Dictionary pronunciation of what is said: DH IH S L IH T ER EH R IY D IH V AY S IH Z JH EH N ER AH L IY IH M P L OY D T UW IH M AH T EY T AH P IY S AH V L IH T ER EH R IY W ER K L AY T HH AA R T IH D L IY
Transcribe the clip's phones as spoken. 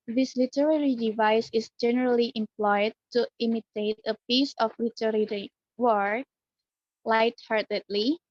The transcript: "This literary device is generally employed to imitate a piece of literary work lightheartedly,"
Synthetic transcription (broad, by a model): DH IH S L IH T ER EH R IY D IH V AY S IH S JH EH N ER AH L IY IH M P L OY D T UW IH M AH T EY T AH P IY S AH F L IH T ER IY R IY W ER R L AY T HH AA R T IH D L IY